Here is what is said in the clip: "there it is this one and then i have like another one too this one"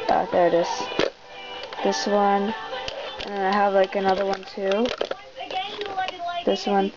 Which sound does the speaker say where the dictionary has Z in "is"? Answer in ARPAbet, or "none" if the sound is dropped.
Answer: S